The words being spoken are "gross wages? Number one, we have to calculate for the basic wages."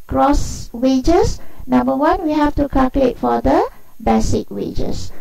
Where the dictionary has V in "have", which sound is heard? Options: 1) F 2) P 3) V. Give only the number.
1